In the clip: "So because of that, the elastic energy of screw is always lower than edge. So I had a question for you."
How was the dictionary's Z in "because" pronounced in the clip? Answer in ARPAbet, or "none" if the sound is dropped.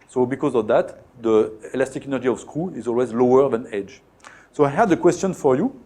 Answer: Z